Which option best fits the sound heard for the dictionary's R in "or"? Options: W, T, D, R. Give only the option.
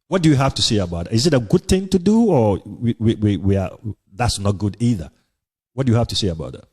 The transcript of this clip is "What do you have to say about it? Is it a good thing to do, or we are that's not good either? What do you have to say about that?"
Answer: W